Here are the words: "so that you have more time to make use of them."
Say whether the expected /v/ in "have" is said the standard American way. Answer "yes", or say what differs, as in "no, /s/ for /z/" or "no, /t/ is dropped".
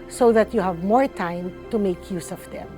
yes